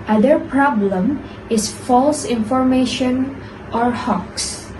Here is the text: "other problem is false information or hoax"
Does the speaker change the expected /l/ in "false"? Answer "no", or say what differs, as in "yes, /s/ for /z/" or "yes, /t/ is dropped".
no